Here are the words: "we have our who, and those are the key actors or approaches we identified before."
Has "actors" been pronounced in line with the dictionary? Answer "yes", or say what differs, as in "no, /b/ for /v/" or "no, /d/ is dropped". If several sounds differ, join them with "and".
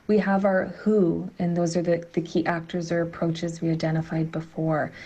yes